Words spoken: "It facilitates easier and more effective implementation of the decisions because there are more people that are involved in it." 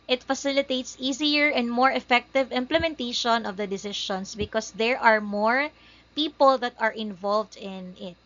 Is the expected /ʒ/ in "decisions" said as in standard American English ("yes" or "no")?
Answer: no